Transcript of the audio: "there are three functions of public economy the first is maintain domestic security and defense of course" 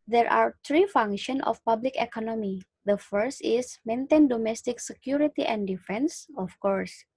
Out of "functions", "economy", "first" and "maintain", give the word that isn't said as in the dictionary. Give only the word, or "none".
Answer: functions